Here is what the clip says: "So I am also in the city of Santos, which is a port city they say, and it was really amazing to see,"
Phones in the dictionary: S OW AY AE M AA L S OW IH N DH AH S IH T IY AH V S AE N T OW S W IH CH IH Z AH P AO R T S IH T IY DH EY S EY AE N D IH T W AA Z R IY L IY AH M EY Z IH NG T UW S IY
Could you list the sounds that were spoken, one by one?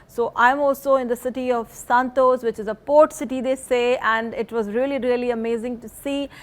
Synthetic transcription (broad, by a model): S OW AY M AA L S OW IH N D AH S IH T IY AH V S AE N T OW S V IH CH IH Z AH P AO R T S IH T IY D EY S EY AE N D IH T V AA Z R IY L IY AH M EY Z IH NG T UW S IY